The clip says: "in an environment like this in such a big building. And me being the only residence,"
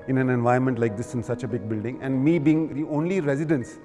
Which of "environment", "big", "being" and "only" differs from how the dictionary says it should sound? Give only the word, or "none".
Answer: environment